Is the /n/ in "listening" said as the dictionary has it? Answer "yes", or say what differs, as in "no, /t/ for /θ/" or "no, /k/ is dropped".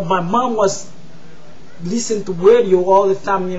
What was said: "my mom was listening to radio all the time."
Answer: no, /n/ is dropped